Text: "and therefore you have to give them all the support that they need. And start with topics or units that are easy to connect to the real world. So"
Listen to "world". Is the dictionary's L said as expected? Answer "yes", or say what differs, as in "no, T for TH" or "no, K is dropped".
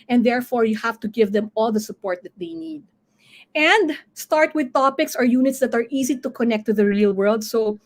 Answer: yes